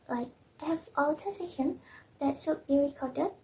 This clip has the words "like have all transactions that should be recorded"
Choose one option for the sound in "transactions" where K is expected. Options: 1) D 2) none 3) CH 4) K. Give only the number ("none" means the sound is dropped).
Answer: 2